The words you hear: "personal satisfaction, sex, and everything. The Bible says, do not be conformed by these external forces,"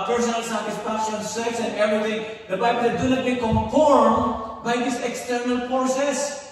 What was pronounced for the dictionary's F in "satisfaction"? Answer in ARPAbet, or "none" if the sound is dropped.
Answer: P